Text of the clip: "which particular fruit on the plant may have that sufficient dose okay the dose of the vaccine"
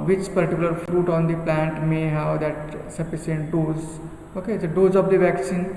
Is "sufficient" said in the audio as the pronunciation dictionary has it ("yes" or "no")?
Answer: no